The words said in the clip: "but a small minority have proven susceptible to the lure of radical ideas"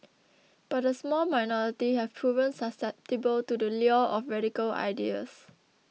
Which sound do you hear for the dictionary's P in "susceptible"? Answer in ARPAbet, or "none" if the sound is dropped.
P